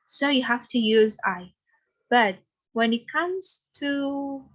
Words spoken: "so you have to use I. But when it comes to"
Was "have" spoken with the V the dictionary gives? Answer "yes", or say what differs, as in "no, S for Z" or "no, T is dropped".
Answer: no, F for V